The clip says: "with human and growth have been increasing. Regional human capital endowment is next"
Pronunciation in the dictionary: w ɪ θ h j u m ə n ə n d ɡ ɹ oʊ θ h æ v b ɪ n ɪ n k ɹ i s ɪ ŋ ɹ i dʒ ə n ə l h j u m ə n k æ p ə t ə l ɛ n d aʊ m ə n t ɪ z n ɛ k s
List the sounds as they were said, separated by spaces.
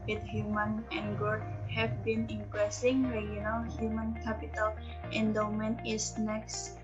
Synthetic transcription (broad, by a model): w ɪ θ h j u m ə n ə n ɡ oʊ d h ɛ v b ɪ n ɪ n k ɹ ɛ s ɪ ŋ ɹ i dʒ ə n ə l h j u m ə n k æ p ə t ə l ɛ n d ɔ m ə n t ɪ s n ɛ k s